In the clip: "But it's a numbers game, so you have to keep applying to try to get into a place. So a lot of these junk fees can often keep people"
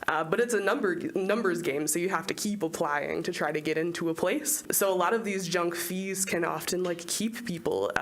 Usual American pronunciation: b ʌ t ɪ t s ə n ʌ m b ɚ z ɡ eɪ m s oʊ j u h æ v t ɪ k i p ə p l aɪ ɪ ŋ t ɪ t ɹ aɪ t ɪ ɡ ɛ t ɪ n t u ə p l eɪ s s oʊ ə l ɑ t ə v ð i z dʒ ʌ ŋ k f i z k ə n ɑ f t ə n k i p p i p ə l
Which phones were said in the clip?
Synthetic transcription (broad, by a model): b ʌ t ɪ t s ə n ʌ m b ɚ z ɡ eɪ m s oʊ j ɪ h æ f t ɪ k i p ə p l aɪ ɪ ŋ t ɪ t ɹ aɪ t ɪ ɡ ɛ t ɪ n t u ə p l eɪ s s oʊ ə l ɑ t ə v ð i z dʒ ʌ ŋ k f i z k ə n ɑ f t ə n k i p p i p l